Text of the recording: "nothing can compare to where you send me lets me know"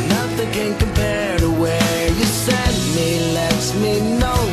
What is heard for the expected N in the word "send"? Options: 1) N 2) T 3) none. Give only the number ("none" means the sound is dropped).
3